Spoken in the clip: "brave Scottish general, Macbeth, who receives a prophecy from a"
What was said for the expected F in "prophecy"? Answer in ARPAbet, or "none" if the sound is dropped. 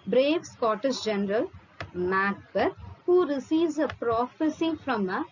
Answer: F